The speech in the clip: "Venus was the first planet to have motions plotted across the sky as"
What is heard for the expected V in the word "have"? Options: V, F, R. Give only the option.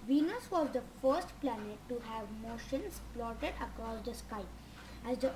V